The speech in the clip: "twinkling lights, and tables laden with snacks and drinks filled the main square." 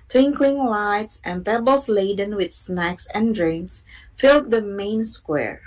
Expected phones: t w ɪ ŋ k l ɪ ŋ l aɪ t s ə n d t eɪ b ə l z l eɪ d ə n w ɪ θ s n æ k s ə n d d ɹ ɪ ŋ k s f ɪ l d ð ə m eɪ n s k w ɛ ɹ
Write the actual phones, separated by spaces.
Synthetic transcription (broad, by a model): t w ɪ ŋ k l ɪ ŋ l aɪ t s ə n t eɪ b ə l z l eɪ d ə n w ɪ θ s n æ k s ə n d d ɹ ɪ ŋ k s f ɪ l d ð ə m eɪ n s k w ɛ ɹ